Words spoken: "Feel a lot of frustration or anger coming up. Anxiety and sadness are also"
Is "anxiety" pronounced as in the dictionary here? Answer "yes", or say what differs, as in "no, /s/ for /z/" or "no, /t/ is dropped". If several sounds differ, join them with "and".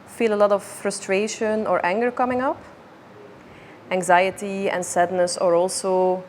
yes